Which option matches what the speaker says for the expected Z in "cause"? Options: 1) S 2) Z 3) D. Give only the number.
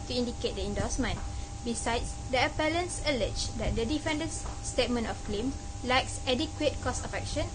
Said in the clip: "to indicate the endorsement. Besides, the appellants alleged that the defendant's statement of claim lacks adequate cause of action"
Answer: 1